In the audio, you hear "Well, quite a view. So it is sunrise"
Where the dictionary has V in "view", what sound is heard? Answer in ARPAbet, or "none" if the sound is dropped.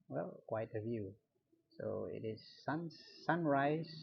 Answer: V